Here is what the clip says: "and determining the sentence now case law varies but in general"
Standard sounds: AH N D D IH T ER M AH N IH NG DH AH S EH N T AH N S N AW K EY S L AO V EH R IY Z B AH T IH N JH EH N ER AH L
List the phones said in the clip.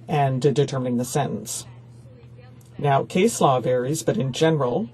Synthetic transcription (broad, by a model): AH N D D IH T ER M AH N IH NG DH AH S EH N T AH N S N AW K EY S L AO V EH R IY Z B AH T IH N JH EH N ER L